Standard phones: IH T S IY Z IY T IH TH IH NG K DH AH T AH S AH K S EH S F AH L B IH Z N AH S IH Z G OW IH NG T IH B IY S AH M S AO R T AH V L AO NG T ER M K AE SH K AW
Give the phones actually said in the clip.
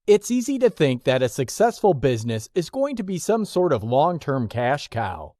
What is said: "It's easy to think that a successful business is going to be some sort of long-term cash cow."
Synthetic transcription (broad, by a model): IH T S IY Z IY T IH TH IH NG K DH AH T AH S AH K S EH S F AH L B IH Z N AH S IH Z G OW IH NG T IH B IY S AH M S AO R T AH V L AO NG T ER M K AE SH K AW